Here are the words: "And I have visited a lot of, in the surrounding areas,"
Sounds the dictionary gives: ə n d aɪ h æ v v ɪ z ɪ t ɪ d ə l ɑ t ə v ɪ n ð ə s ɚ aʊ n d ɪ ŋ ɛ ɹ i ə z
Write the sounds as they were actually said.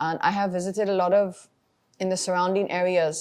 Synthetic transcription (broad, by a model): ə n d aɪ h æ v v ɪ z ɪ t ɪ d ə l ɑ t ə v ɪ n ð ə s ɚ aʊ n d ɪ ŋ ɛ ɹ i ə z